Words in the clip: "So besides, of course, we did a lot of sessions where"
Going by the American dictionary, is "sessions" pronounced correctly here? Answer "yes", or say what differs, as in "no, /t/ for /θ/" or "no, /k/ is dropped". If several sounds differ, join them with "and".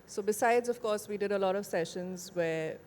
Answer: yes